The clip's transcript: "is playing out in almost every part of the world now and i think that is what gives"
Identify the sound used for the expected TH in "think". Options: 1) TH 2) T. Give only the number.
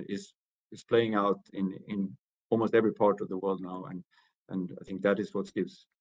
1